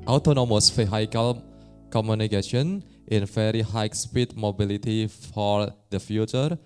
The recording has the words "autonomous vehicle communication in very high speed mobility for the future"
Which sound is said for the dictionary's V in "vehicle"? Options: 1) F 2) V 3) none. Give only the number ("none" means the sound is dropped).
1